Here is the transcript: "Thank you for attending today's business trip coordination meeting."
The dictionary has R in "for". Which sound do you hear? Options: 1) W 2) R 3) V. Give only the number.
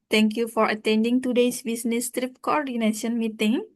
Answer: 2